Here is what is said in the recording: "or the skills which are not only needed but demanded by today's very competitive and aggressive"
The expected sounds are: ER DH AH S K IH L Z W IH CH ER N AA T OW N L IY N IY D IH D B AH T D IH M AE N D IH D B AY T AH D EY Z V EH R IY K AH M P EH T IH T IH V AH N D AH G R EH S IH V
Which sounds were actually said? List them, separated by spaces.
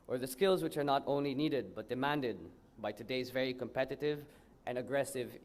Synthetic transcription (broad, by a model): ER DH AH S K IH L Z W IH CH ER N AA T OW N L IY N IY D IH D B AH T D IH M AE N D IH D B AY T AH D EY Z V EH R IY K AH M P EH T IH T IH V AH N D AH G R EH S IH V